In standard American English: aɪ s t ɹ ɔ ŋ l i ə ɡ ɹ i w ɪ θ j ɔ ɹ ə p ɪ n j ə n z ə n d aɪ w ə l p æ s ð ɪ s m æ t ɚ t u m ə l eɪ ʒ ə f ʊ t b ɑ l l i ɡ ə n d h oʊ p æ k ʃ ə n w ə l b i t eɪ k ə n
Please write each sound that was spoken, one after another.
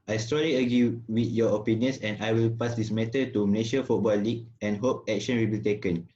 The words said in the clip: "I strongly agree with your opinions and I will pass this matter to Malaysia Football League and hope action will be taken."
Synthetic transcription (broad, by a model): aɪ s t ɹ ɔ l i ə ɡ ɹ i w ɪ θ j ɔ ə p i n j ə n s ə n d aɪ w ə l p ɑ s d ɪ s m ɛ t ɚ t u m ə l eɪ ʃ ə f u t b ɑ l l i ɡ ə n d h oʊ p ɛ k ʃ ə n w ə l b i t eɪ k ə n